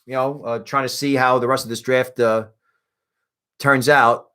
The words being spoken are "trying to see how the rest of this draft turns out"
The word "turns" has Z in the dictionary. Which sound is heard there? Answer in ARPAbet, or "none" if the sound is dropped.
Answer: Z